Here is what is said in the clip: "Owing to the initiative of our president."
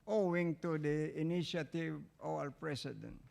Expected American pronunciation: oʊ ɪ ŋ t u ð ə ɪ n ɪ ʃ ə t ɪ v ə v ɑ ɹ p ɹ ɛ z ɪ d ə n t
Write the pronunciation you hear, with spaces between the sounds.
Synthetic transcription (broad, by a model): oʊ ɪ ŋ t u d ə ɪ n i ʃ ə t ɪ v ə w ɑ l p ɹ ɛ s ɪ d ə n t